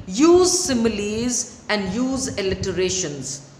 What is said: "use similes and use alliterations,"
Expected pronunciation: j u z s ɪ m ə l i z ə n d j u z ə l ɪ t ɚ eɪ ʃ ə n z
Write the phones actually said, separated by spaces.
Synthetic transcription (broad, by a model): j u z s ɪ m ə l i z ə n d j u z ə l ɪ t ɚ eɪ ʃ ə n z